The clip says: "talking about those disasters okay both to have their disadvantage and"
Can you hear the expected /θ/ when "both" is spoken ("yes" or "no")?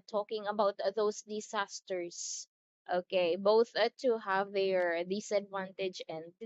yes